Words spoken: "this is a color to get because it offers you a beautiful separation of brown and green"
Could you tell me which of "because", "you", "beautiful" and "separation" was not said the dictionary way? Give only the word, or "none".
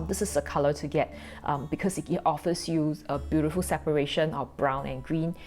because